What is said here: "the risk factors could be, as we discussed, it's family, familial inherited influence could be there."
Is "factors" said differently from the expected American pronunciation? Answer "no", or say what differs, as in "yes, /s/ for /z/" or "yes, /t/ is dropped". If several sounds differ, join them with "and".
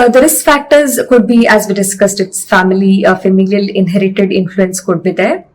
no